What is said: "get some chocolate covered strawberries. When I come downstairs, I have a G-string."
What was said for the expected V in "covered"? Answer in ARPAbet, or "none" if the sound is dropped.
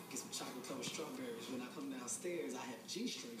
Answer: none